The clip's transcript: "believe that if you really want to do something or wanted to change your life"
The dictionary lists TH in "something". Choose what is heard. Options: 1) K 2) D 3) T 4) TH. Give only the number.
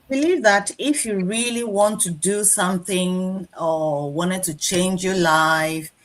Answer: 4